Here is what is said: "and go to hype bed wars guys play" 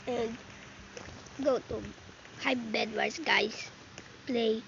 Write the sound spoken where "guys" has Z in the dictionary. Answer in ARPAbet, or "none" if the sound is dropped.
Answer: S